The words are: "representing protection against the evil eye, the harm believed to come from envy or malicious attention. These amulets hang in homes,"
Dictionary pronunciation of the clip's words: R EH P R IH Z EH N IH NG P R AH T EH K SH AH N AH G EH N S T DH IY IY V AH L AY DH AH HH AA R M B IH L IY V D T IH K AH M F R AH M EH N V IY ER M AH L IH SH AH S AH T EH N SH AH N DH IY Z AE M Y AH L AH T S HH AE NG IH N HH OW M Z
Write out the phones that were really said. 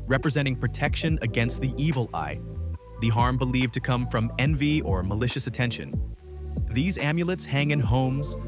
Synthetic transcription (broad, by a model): R EH P R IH Z EH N IH NG P R AH T EH K SH AH N AH G EH N S T DH IY IY V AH L AY DH AH HH AA R M B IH L IY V T IH K AH M F R AH M EH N V IY ER M AH L IH SH AH S AH T EH N SH AH N DH IY Z AE M Y AH L AH T S HH AE NG IH N HH OW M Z